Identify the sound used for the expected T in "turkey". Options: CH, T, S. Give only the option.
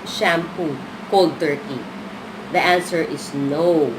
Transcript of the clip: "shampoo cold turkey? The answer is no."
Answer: T